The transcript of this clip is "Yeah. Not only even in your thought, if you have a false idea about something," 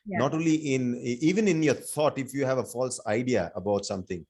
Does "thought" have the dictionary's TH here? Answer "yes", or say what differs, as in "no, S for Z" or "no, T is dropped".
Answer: no, T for TH